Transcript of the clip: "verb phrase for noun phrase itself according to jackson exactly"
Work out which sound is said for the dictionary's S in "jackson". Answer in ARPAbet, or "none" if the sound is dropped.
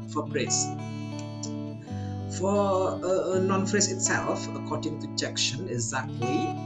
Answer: SH